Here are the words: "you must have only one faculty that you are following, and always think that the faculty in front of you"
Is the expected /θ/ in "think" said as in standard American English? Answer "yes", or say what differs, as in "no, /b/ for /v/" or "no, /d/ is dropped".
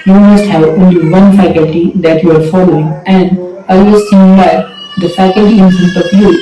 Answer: no, /s/ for /θ/